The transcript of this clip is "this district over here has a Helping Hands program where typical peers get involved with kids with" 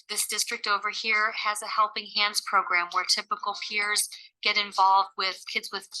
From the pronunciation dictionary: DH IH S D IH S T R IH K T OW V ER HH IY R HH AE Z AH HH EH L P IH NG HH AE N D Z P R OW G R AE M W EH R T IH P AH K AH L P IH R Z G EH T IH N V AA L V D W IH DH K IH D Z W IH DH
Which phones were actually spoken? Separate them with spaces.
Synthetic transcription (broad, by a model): DH IH S D IH S T R IH K T OW V ER HH IY R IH Z AH HH EH L P IH NG HH AE N D Z P R OW G R AE M W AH R T IH P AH K L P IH R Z G EH T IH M V AA L V D W IH DH K IH D Z W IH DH